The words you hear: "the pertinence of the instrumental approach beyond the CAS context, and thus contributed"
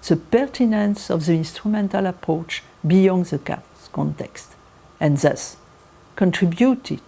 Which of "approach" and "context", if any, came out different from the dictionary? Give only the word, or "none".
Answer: none